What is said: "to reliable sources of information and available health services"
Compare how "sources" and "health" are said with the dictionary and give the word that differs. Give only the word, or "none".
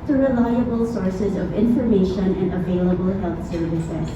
none